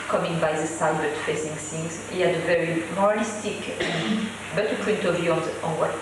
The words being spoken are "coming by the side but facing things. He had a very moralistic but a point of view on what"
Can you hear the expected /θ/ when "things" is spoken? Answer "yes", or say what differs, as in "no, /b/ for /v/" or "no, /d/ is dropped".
no, /s/ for /θ/